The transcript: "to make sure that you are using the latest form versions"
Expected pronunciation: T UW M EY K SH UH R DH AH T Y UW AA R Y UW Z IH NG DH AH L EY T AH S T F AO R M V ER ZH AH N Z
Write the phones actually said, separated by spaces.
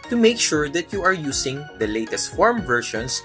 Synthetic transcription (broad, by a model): T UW M EY K SH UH R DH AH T Y UW AA R Y UW S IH NG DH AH L EY T AH S T F AO R M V ER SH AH N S